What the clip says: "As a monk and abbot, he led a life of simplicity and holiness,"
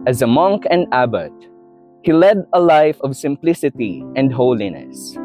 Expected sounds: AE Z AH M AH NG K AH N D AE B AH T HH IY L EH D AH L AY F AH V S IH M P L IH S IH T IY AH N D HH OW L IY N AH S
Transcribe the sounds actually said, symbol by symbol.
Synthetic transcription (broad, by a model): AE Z AH M AH NG K AH N D AE B AH T HH IY L EH D AH L AY F AH V S IH M P L IH S IH T IY AH N D HH OW L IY N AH S